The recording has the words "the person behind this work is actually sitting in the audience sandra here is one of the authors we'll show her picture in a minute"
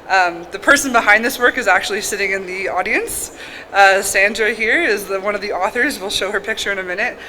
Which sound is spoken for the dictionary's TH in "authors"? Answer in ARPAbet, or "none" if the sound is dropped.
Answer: TH